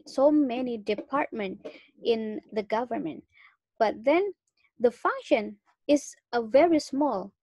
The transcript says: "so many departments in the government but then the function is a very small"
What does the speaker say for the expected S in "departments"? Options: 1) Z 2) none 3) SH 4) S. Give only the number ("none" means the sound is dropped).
2